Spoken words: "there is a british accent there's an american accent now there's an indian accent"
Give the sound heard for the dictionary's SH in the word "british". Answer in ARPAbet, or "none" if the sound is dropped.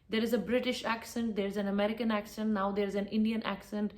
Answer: SH